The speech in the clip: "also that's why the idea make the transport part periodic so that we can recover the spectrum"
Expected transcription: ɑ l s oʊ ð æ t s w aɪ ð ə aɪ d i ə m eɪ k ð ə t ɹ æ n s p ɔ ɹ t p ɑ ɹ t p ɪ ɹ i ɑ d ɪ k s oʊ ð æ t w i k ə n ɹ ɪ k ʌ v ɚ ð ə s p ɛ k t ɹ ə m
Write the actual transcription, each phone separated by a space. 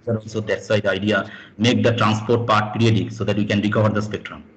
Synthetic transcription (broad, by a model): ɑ l s oʊ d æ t s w aɪ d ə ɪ d i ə m eɪ k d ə t ɹ æ n s p ɔ ɹ t p ɑ ɹ t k ɹ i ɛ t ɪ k s oʊ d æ t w i k ə n ɹ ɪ k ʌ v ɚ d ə s p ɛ k t ɹ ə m